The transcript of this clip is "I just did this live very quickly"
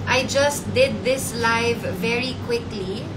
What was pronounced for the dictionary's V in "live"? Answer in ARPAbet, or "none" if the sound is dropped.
V